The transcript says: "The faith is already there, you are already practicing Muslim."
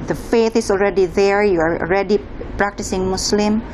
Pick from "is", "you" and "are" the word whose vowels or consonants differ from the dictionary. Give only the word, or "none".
is